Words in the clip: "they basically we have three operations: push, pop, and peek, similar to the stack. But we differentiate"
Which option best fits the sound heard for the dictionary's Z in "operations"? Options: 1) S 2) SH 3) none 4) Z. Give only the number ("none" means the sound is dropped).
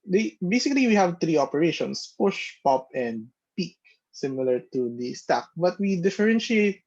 1